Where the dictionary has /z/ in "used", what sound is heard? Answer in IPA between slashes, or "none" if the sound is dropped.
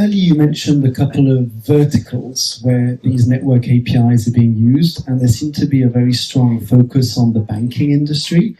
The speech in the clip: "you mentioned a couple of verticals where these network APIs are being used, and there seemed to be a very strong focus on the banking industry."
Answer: /z/